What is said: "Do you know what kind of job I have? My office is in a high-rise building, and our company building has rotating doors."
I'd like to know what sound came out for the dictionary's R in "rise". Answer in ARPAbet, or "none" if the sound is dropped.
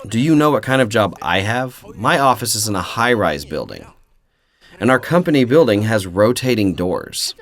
R